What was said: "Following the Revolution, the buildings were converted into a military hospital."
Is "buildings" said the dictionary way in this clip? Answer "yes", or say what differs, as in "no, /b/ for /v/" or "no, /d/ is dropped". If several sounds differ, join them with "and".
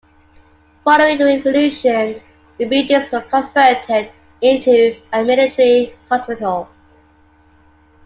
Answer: no, /l/ is dropped